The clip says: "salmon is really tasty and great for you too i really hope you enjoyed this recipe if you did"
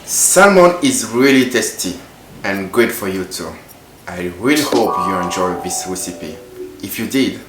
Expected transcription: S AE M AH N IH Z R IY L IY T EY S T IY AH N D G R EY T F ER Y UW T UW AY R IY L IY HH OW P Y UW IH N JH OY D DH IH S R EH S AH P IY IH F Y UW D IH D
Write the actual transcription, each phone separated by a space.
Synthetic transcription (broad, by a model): S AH M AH N IH Z R IY L IY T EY S T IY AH N G UW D F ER Y UW T UW AY R IY L IY HH OW P Y UW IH N JH OY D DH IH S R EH S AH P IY IH F Y UW D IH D